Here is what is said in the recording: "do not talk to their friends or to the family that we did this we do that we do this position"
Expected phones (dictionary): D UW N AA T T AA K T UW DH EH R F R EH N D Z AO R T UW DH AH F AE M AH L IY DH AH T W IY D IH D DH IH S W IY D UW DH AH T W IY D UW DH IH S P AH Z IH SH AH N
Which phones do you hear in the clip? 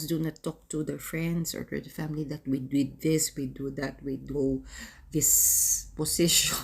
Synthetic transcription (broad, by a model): D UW N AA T T AA K T UW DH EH R F R EH N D S AO R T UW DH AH F AE M AH L IY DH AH T W IY D IH D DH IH S W IY D UW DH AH T W IY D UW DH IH S P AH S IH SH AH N